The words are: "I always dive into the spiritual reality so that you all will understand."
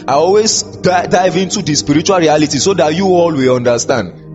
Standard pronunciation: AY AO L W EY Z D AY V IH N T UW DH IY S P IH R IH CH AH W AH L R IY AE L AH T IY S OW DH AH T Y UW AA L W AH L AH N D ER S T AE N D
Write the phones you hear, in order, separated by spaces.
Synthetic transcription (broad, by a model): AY AO L W EY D D AY V IH N T UW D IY S P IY R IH CH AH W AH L R IY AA L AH T IY S OW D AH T Y UW AA L W AH L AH N D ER S T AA N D